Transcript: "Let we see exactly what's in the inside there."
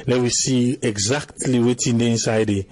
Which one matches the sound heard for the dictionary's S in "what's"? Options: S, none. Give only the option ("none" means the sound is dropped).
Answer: none